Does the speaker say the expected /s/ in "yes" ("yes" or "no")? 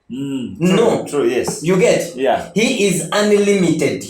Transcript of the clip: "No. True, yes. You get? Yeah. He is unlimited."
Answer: yes